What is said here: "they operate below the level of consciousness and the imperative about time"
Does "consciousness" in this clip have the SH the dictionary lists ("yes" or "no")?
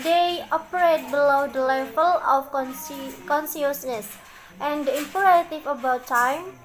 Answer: no